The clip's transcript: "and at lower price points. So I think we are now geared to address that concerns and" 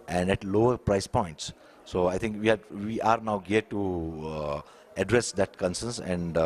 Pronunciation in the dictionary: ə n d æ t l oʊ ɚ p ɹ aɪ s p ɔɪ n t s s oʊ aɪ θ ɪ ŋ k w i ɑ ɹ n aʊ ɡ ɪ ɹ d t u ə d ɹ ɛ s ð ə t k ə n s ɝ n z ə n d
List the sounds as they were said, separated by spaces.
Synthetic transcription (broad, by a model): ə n d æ t l oʊ ɚ p ɹ aɪ s p ɔɪ n t s s oʊ aɪ t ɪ ŋ k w i ɑ ɹ n aʊ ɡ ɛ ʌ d t u ə d ɹ ɛ s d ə t k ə n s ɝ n s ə n d